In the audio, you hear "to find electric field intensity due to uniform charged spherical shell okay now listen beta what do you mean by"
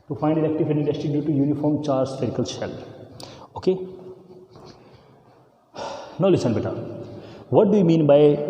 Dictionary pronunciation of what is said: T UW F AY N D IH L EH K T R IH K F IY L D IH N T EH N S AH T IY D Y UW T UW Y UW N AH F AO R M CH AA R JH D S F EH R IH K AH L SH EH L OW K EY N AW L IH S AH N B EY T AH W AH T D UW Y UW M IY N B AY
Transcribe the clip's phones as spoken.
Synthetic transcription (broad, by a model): T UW F AY N D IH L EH K T IH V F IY N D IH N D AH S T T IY D Y UW T UW Y UW N AH F AO R M CH AA R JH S EH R K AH L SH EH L OW K EY N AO L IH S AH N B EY T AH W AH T D UW Y UW M IY N B AY